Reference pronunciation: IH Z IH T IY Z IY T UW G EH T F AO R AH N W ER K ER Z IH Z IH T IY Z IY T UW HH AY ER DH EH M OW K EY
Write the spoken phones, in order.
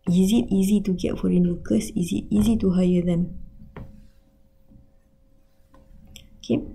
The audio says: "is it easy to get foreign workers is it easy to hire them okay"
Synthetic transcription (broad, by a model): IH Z IH T IY Z IY T UW G EH T F AO R AH N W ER K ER S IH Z IH T IY Z IY T UW HH AY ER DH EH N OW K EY